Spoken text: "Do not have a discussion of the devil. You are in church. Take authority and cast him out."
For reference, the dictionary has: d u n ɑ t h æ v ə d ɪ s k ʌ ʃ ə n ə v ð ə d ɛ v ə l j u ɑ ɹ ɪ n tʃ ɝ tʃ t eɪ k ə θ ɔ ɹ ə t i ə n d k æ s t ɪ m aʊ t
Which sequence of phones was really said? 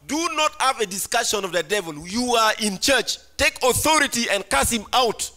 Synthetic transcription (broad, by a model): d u n ɑ t h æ v ə d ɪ s k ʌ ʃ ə n ə v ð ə d ɛ v ə l j u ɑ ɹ ɪ n tʃ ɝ tʃ t eɪ k ə θ ɔ ɹ ə t i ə n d k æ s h ɪ m aʊ t